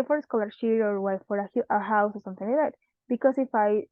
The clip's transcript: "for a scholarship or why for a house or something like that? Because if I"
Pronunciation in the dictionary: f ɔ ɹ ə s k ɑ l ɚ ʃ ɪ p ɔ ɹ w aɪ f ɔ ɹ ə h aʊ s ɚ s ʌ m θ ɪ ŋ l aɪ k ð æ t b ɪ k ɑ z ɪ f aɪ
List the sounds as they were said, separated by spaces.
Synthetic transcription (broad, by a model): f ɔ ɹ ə s k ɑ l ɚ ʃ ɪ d ɔ ɹ w aɪ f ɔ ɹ ə h aʊ s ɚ s ʌ m θ ɪ ŋ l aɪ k ð æ t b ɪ k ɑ s ɪ f aɪ